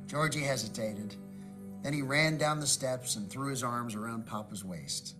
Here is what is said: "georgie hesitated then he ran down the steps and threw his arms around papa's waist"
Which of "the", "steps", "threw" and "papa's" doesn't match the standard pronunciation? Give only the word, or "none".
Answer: none